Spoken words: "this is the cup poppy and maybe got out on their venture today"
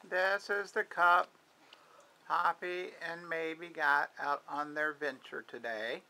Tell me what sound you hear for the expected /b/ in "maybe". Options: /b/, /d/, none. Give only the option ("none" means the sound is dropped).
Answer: /b/